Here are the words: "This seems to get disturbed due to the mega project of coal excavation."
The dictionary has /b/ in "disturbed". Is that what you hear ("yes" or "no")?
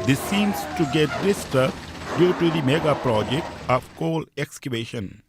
no